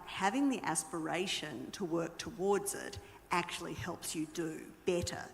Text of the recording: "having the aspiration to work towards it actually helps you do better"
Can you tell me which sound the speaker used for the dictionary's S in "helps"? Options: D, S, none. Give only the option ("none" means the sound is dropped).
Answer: S